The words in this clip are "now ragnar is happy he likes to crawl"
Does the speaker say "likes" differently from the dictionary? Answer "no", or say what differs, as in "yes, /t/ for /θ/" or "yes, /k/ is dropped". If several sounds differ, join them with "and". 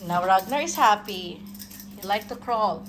yes, /s/ is dropped